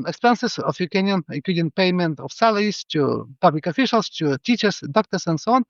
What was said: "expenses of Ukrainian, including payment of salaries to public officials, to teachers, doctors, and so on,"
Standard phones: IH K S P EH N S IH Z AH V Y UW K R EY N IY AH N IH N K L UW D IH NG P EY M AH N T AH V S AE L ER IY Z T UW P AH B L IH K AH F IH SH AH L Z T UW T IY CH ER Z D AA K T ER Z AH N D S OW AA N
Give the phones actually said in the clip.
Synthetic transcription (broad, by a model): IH K S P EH N S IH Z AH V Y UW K EY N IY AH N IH K UW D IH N P EY M AH N T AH F S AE L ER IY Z T UW P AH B L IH K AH F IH SH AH L S T UW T IY CH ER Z D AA K T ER S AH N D S OW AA N